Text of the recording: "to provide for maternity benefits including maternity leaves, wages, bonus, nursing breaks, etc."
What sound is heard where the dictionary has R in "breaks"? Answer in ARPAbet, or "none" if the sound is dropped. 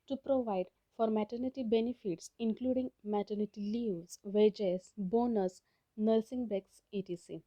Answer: none